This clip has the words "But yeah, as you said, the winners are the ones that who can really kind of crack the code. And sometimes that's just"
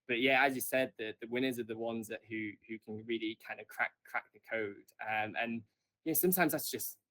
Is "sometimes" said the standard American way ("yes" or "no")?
yes